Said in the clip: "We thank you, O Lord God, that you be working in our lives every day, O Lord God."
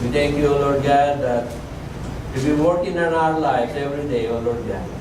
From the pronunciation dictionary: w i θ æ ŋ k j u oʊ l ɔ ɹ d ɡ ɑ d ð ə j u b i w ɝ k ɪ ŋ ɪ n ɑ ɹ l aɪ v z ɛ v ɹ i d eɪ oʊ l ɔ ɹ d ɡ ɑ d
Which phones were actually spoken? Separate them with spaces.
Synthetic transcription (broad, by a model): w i t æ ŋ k j u oʊ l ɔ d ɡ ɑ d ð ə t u b i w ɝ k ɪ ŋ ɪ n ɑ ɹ l aɪ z ɛ v ɹ i d eɪ oʊ l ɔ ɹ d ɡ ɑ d